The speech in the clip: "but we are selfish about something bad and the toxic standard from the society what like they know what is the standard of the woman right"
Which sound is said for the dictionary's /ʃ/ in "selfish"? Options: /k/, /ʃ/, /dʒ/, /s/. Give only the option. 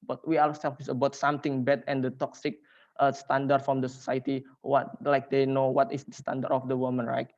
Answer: /s/